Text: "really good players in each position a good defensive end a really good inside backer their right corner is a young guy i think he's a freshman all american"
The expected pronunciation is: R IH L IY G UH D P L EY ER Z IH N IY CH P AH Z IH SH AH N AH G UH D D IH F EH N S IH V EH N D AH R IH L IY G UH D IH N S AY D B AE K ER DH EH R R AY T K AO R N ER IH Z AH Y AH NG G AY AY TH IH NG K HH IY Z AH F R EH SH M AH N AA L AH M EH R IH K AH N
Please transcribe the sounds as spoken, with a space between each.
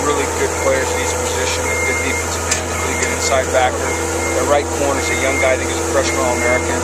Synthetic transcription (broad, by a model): R IH L IY G UH D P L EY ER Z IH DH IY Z P AH Z IH SH AH N AH G UH D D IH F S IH AH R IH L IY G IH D IH N S AY D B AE K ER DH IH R R AY T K AO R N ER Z AH Y AH NG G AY AY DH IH K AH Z AH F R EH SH AH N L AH M EH R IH K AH N